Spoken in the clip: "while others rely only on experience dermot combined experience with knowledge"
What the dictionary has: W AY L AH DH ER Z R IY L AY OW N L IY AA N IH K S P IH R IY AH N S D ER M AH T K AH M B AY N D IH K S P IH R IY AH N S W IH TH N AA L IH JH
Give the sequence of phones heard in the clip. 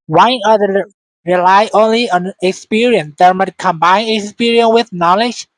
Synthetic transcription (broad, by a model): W AY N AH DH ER R IY L AY OW N L IY AA N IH K S P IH R IY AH N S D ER M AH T K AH M B AY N IH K S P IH R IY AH N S W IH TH N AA L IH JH